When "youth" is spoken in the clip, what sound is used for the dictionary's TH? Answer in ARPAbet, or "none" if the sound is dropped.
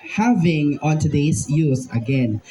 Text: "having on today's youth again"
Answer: S